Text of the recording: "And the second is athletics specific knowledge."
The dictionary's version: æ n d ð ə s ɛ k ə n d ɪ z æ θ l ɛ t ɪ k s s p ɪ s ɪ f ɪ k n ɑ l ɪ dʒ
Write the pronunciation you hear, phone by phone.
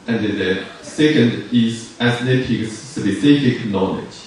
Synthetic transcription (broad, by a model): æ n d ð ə s ɛ k ə n d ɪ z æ s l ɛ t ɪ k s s b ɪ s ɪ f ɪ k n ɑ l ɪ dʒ